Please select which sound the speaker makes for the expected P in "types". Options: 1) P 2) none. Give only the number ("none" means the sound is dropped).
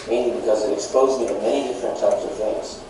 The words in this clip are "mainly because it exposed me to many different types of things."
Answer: 1